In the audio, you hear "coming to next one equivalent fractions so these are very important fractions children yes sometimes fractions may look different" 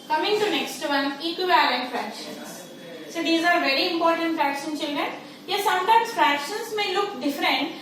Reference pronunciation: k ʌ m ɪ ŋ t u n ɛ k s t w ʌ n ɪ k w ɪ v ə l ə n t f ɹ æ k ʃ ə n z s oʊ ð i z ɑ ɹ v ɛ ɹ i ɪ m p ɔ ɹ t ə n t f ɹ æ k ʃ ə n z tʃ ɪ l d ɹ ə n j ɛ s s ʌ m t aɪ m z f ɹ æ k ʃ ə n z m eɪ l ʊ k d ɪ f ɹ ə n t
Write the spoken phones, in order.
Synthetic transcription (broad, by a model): k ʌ m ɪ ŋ t u n ɛ k s t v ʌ n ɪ k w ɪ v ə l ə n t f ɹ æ k ʃ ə n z s oʊ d i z ɑ ɹ v ɛ ɹ i ɪ m p ɔ ɹ t ə n t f ɹ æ k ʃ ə n tʃ ɪ l d ɹ ə n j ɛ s s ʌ m t aɪ m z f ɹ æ k ʃ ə n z m eɪ l ʊ k d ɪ f ɹ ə n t